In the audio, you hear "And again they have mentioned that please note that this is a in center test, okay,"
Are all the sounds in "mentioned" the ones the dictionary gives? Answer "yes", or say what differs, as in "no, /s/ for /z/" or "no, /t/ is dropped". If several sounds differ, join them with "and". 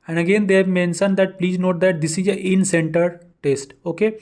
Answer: no, /s/ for /ʃ/